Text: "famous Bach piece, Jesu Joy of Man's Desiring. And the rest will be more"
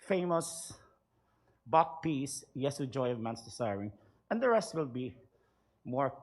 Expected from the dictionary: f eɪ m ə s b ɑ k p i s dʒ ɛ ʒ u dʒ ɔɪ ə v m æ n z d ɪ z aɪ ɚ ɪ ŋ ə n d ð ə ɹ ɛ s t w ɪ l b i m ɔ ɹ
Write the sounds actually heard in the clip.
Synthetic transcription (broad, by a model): f eɪ m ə s b ɑ k p i s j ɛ s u dʒ ɔɪ ə v m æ n s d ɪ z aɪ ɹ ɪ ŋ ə n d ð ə ɹ ɛ s t w ɪ l b i m ɔ ɹ